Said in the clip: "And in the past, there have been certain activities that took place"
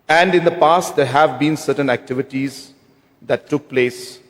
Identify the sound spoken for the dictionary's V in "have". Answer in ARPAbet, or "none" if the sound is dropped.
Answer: V